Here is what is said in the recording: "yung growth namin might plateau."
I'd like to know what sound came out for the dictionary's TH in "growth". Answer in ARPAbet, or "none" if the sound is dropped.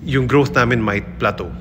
S